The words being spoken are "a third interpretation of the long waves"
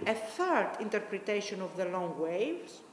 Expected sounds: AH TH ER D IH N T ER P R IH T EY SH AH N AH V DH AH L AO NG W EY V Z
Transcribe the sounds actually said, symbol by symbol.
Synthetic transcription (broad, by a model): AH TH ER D IH N T ER P R IH T EY SH AH N AH V DH AH L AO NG W EY V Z